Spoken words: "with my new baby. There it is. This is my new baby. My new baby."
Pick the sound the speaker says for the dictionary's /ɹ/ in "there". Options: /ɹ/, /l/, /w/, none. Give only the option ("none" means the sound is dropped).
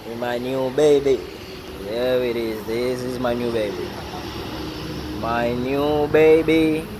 /w/